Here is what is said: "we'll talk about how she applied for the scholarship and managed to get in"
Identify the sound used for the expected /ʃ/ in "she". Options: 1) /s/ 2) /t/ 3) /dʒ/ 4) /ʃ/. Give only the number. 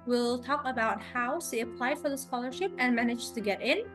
1